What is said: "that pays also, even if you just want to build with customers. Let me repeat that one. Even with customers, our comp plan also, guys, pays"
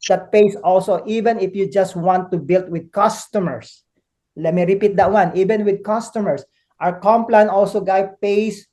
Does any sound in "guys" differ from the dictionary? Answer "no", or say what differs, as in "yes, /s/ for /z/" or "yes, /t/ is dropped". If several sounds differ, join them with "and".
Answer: yes, /z/ is dropped